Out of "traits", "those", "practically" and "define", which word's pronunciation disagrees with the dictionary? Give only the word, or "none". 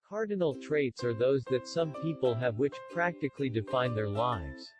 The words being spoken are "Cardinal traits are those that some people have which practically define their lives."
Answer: none